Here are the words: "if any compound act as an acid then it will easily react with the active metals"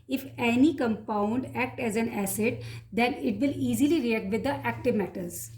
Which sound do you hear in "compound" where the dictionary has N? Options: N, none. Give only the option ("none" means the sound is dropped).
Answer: N